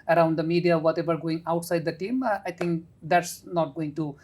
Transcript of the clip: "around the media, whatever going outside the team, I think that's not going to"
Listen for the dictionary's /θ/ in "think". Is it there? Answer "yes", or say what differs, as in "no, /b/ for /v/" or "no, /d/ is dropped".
no, /t/ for /θ/